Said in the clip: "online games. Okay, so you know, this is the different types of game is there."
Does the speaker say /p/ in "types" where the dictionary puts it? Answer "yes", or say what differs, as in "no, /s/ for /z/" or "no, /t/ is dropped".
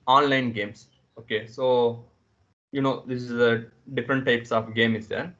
yes